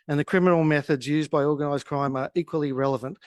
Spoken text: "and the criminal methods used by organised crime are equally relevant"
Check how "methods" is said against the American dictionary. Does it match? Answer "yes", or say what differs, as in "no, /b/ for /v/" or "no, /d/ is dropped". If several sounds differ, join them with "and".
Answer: yes